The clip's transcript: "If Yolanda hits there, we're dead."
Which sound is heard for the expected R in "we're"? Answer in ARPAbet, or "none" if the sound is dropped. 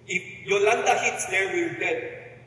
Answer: L